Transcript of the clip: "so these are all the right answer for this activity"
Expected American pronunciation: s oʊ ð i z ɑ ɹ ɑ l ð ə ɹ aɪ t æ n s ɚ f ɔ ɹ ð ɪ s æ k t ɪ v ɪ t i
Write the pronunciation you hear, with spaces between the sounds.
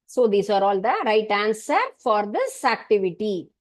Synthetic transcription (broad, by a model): s oʊ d i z ɑ ɹ ɑ l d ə ɹ aɪ t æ n s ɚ f ɔ ɹ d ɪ s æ k t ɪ v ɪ t i